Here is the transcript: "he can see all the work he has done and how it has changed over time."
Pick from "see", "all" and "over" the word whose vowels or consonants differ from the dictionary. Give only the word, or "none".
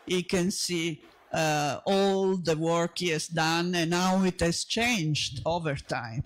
none